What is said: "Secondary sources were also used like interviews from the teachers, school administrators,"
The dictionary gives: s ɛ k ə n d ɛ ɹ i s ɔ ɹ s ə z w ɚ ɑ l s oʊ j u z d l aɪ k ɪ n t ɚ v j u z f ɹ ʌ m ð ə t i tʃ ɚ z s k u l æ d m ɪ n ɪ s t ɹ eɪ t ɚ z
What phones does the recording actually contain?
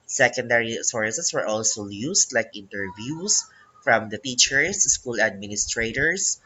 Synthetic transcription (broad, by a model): s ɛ k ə n d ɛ ɹ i s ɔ ɹ s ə s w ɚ ɑ l s oʊ j u s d l aɪ k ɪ n t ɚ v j u s f ɹ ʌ m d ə t i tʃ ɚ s s k u l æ d m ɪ n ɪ s t ɹ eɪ t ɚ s